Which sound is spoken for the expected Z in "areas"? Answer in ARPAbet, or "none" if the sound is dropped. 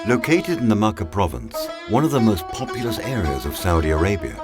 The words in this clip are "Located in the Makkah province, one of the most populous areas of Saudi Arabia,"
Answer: Z